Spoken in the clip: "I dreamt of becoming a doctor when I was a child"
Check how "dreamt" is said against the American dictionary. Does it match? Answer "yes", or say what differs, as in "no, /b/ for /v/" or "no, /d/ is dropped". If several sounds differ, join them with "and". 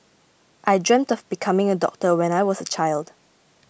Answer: yes